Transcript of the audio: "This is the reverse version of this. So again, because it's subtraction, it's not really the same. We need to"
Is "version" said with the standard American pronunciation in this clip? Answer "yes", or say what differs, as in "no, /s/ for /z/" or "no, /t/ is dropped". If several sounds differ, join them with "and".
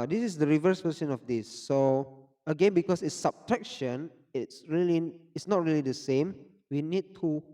no, /p/ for /v/ and /s/ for /ʒ/